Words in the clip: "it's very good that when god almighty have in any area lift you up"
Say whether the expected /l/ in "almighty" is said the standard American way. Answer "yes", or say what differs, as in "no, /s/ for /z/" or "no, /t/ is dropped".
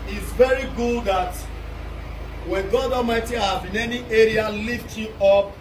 no, /l/ is dropped